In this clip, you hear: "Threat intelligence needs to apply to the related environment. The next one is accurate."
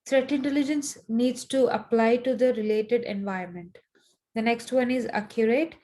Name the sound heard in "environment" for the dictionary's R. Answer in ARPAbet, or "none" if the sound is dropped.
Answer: none